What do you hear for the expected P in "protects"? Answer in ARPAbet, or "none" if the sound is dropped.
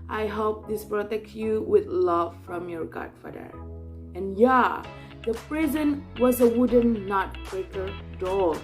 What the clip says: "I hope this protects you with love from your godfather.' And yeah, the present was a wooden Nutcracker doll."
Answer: B